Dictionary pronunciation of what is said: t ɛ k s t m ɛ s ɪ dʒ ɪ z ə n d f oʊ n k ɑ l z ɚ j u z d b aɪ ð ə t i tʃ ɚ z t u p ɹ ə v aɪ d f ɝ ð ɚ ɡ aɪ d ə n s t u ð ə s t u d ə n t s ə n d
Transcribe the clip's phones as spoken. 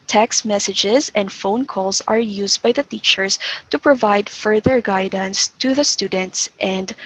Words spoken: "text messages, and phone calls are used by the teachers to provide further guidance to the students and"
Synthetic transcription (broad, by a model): t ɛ k s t m ɛ s ɪ dʒ ɪ z ə n d f oʊ n k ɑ l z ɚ j u z d b aɪ ð ə t i tʃ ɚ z t u p ɹ ə v aɪ d f ɝ ð ɚ ɡ aɪ d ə n s t u ð ə s t u d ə n t s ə n d